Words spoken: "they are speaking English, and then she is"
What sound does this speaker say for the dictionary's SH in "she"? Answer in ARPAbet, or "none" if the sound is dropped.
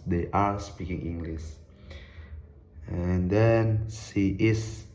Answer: S